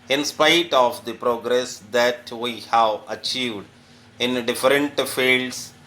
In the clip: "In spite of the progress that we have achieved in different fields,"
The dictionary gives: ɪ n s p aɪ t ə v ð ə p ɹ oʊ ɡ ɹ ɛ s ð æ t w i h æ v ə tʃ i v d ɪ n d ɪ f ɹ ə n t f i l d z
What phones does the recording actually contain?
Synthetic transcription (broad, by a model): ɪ n s p aɪ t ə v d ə p ɹ oʊ ɡ ɹ ɛ s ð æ t w i h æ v ə tʃ i v d ɪ n d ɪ f ɹ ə n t f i l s